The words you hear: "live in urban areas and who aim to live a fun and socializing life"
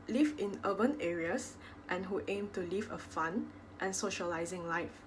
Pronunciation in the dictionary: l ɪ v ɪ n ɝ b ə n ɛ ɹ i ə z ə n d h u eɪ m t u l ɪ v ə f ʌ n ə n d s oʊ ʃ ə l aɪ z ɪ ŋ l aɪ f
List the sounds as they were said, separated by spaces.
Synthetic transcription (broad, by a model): l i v ɪ n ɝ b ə n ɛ ɹ i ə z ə n h u eɪ m t u l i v ə f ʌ n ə n s oʊ ʃ ə l aɪ z ɪ ŋ l aɪ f